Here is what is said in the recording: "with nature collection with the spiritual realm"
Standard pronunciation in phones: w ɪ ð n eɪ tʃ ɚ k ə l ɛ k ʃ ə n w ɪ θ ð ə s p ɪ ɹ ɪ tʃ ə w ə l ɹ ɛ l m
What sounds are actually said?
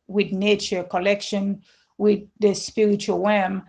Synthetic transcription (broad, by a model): w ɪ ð n eɪ tʃ ɚ k ə l ɛ k ʃ ə n w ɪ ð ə s p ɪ ɹ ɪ tʃ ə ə l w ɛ m